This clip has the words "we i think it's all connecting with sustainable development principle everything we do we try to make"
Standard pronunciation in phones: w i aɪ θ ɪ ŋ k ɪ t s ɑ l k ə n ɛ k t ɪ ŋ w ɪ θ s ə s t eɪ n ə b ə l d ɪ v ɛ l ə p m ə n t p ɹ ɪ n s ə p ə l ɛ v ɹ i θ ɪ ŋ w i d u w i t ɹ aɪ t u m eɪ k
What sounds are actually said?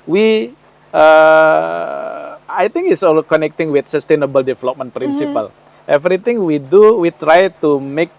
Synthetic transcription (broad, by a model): w i aɪ t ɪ ŋ k ɪ t s ɑ l k ə n ɛ k t ɪ ŋ w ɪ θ s ə s t eɪ n ə b ə l d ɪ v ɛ l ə p m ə n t p ɹ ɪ n s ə p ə l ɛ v ɹ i t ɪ ŋ w i d u w i t ɹ aɪ t u m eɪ k